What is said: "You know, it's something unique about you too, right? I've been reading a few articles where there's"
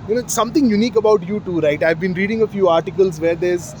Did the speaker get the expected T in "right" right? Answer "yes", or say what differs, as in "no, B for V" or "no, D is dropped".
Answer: yes